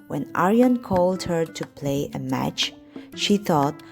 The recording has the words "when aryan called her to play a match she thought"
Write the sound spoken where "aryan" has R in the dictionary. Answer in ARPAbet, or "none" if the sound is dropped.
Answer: R